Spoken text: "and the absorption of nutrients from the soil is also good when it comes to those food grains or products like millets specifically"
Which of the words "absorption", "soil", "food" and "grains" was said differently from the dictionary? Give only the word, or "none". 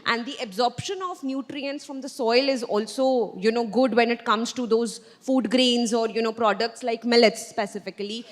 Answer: none